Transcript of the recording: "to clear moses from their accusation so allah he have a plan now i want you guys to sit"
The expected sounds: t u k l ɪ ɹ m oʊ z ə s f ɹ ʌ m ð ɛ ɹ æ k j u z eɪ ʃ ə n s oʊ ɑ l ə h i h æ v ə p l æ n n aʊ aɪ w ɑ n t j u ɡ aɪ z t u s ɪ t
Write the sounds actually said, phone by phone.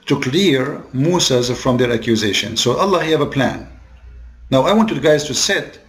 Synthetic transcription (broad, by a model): t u k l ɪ ɹ m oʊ s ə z f ɹ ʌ m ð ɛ ɹ æ k j u z eɪ ʃ ə n s oʊ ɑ l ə h i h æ v ə p l æ n n aʊ aɪ w ɑ n t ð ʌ ɡ aɪ z t u s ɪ t